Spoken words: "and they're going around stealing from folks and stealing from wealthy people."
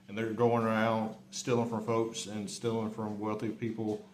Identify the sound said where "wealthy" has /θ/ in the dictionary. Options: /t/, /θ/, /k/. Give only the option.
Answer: /θ/